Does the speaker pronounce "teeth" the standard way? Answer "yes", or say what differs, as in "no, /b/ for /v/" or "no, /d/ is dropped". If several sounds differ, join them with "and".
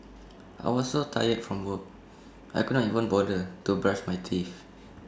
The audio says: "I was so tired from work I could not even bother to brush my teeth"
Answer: no, /f/ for /θ/